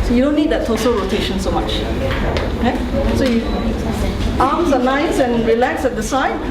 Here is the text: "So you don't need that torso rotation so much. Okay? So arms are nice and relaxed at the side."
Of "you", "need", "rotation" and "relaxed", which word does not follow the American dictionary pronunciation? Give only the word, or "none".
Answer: relaxed